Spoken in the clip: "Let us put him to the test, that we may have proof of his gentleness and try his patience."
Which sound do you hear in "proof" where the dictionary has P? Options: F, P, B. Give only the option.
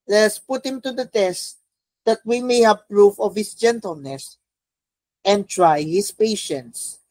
P